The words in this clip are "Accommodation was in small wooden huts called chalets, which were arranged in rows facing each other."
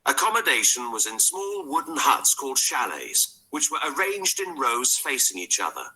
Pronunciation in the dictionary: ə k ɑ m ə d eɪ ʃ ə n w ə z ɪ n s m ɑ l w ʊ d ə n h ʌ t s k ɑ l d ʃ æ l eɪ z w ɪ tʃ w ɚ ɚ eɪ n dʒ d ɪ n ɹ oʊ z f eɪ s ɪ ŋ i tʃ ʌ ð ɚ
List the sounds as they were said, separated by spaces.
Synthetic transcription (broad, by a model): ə k ɑ m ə d eɪ ʃ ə n w ə z ɪ n s m ɑ l w ʊ d n h ʌ t s k ɑ l d ʃ æ l eɪ z w ɪ tʃ w ɚ ɚ eɪ n dʒ d ɪ n ɹ oʊ z f eɪ s ɪ ŋ i tʃ ʌ ð ɚ